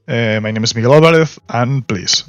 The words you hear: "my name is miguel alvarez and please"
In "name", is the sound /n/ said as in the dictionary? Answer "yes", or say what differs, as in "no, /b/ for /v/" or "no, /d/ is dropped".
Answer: yes